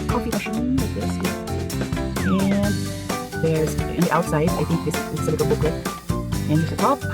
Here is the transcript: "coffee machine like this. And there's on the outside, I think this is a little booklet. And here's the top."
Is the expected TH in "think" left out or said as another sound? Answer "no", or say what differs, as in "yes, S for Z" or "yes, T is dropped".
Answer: no